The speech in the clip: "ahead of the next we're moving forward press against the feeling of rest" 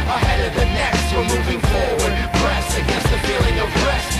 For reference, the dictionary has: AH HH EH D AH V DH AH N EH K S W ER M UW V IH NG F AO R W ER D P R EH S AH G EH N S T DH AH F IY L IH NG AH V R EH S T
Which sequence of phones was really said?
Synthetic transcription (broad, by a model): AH HH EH D AH V DH AH N EH K S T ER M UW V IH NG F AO L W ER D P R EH S AH G EH N S T DH AH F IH L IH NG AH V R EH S